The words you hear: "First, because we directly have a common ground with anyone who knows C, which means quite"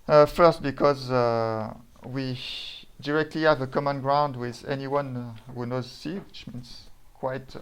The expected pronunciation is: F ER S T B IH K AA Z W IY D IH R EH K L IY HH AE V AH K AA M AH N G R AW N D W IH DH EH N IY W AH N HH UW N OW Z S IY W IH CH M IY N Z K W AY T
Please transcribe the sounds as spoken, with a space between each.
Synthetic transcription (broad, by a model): F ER S T B IH K AA Z W IY D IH R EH K L IY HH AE V AH K AA M AH N G R AW N D W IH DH EH N IY W AH N HH UW N OW Z S IY W IH CH M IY N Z K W AY T